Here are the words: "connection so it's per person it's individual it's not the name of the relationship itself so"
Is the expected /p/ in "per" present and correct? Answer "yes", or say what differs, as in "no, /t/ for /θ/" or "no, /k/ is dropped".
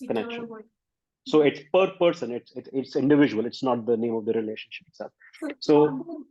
yes